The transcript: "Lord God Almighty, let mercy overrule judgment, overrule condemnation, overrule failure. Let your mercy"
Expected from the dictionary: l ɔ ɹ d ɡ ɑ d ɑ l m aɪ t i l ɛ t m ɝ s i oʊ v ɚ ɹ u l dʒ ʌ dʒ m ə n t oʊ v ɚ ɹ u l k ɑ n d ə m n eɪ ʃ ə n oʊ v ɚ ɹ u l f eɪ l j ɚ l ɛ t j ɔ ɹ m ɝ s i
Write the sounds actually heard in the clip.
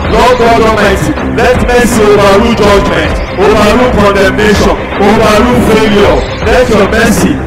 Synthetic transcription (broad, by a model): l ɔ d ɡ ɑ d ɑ m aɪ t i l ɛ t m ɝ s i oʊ w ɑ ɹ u dʒ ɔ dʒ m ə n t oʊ w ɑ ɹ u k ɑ n d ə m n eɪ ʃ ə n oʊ w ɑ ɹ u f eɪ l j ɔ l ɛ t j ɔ m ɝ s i